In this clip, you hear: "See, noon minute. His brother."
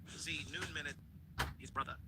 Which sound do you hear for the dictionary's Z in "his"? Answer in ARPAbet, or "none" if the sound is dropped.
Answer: Z